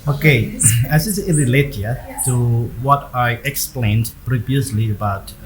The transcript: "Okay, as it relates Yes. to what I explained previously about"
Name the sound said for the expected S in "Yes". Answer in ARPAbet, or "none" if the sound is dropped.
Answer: none